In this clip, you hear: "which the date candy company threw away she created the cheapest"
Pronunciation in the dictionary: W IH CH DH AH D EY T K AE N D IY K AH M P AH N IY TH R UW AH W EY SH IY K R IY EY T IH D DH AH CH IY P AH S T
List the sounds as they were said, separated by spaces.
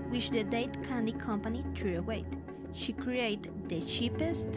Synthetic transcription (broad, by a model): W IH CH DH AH D EY T K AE N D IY K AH M P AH N IY T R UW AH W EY SH IY K R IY EY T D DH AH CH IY P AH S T